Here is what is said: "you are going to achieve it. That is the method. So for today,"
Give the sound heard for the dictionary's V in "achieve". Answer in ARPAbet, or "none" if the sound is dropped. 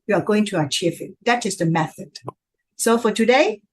F